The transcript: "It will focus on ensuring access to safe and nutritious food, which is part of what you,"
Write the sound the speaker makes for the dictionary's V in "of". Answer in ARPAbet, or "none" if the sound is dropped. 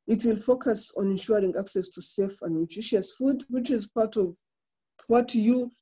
V